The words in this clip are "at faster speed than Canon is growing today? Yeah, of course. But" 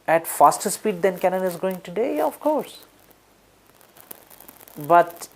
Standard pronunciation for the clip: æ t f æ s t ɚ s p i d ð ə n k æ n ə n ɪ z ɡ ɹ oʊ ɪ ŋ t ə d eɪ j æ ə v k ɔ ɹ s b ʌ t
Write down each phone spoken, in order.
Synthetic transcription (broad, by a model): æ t f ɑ s t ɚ s p i d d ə n k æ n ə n ɪ z ɡ oʊ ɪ ŋ t ə d eɪ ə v k ɔ ɹ s b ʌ t